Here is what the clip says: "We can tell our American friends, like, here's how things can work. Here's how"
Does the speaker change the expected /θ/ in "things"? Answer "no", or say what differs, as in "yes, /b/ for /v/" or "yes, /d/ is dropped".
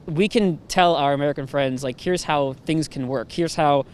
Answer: no